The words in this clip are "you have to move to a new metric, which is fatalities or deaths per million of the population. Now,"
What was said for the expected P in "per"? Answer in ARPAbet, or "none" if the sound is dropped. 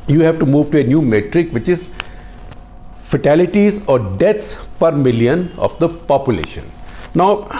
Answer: P